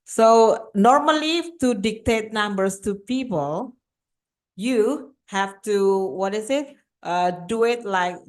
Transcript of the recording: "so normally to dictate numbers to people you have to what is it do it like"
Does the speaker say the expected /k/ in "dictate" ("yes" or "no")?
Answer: yes